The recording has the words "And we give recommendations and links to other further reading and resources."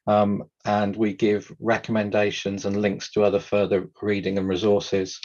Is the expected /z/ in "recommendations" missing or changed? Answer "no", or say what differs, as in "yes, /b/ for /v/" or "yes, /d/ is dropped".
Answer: no